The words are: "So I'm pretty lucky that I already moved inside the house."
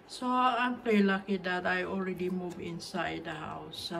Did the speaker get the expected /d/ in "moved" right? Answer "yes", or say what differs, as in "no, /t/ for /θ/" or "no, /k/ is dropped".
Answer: no, /d/ is dropped